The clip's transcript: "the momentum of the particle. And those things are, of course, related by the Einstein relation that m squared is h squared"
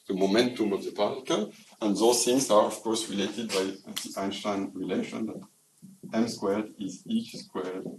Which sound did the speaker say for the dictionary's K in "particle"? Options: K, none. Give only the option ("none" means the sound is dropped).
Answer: none